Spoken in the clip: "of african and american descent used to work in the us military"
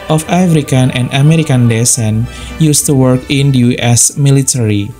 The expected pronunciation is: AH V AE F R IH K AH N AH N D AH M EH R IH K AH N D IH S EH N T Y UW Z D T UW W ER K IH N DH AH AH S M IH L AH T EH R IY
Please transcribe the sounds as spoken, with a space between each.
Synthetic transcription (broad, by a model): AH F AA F R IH K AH N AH N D AH M EH R IH K AH N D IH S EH N Y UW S T UW W ER K IH N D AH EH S M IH L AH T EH R IY